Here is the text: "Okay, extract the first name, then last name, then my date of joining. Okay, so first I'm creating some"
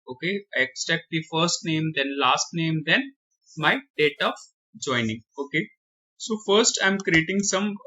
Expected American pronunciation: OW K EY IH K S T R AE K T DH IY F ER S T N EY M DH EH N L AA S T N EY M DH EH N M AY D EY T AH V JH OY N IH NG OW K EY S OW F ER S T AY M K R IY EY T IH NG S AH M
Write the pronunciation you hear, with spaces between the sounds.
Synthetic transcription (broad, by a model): OW K EY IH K S T EH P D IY F ER S T N EY M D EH N L AA S T N EY M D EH N M AY D EY T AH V JH OY N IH NG OW K EY S OW F ER S T AY M K R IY EY T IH NG S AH M